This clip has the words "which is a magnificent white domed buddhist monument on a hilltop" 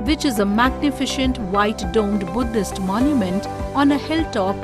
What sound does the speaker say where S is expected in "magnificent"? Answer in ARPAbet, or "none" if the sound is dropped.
SH